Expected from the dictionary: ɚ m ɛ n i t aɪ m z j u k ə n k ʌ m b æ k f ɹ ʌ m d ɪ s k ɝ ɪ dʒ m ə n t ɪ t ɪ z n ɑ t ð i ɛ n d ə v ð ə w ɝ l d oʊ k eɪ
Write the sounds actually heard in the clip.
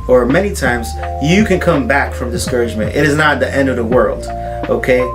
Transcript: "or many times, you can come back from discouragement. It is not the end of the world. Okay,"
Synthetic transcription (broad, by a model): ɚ m ɛ n i t aɪ m z j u k ə n k ʌ m b æ k f ɹ ʌ m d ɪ s k ɝ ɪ dʒ m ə n t ɪ t ɪ z n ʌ t ð i ɛ n d ə v ð ə w ɝ l d oʊ k eɪ